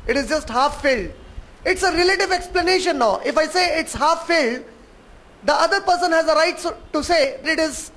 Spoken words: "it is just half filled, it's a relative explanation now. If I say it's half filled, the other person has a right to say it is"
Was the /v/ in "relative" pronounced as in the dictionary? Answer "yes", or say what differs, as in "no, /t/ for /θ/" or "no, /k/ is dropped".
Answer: yes